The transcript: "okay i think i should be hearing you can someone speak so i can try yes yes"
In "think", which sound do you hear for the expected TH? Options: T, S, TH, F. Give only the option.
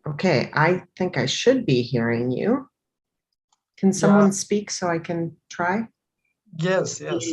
TH